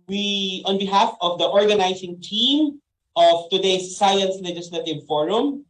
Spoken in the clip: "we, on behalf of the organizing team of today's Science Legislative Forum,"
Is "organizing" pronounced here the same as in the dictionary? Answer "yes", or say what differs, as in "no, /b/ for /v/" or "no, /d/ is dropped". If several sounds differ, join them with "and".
no, /s/ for /z/